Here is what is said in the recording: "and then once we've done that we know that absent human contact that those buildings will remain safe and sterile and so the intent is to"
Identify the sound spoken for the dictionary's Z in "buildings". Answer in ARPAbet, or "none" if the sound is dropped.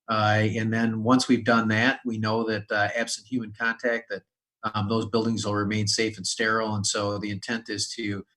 Z